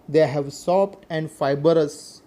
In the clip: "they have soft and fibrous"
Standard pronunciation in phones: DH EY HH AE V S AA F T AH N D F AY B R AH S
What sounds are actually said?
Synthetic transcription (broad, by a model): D EY HH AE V S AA P T AH N D F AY B R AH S